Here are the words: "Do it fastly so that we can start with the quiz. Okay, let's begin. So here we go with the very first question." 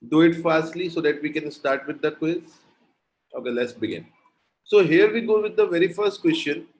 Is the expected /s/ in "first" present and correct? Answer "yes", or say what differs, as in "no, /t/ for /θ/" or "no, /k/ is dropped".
yes